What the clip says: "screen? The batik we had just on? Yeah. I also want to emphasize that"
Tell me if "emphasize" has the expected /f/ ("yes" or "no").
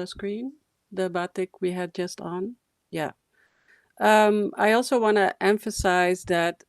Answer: yes